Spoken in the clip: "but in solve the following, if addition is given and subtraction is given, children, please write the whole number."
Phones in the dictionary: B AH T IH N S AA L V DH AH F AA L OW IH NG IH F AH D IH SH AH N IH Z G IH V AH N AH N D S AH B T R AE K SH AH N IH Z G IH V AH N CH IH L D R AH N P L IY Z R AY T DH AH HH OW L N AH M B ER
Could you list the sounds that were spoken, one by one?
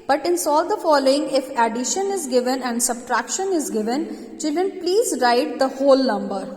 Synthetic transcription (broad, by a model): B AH T IH N S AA L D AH F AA L OW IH NG IH F AH D IH SH AH N IH Z G IH V AH N AH N D S AH B T R AE K SH AH N IH Z G IH V AH N CH IH L D R AH N P L IY Z R AY T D AH HH OW L N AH M B ER